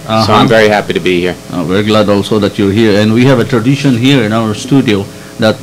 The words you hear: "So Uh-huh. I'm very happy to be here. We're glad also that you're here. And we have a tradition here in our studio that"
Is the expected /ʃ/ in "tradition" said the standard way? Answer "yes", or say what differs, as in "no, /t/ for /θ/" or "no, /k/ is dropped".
yes